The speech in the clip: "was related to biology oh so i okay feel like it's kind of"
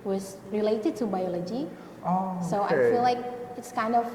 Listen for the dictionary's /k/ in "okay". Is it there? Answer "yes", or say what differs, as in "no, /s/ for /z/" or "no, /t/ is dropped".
no, /k/ is dropped